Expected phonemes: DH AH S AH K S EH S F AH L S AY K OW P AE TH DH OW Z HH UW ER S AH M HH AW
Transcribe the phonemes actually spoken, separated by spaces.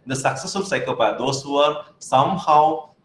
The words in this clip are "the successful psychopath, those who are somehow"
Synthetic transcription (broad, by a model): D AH S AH K S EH S AH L S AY K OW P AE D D OW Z HH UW ER S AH M HH AW